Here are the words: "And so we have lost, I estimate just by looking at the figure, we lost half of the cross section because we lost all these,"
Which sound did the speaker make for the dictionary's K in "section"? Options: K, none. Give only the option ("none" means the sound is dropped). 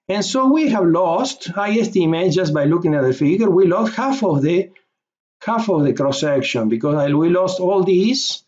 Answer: K